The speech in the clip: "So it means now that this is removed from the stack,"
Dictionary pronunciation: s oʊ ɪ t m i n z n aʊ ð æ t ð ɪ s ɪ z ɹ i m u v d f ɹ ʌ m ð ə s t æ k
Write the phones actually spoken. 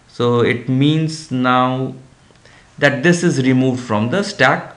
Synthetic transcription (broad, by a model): s oʊ ɪ t m i n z n aʊ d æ t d ɪ s ɪ z ɹ i m u v d f ɹ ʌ m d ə s t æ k